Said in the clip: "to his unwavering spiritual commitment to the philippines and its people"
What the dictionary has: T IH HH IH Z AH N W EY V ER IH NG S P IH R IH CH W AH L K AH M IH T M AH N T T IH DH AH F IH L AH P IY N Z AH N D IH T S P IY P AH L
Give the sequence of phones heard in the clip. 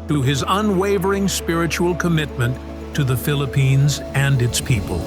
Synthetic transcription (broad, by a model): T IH IH Z AH N W EY V ER IH NG S P IH R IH CH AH L K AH M IH T M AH N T T IH DH AH F IH L AH P IY N Z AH N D IH T S P IY P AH L